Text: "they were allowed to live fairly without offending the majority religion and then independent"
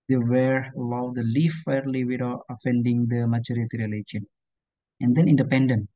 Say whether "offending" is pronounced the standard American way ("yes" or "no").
yes